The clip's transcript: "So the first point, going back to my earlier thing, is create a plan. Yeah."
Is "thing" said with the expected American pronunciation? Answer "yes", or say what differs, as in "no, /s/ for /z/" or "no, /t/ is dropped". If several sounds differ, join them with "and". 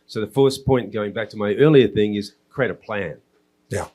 yes